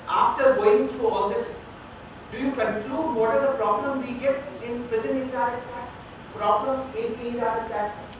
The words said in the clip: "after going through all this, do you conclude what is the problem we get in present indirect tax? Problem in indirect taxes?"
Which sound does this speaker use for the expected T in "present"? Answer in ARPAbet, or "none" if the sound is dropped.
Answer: none